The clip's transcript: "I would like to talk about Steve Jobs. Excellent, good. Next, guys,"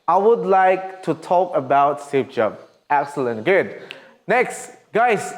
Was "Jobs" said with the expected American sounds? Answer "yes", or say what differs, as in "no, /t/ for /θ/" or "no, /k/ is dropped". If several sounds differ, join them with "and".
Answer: no, /z/ is dropped